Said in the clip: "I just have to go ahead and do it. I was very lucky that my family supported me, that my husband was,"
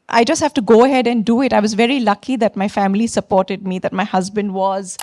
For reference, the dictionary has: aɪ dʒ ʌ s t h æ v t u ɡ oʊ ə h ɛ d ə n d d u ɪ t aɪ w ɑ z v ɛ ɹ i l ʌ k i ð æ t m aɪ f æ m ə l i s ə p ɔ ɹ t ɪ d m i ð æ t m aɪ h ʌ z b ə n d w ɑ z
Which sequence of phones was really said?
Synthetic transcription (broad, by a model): aɪ dʒ ʌ s t h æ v t u ɡ oʊ ə h ɛ d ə n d d u ɪ t aɪ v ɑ z v ɛ ɹ i l ʌ k i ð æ t m aɪ f æ m ə l i s ə p ɔ ɹ t ɪ d m i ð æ t m aɪ h ʌ z b ə n d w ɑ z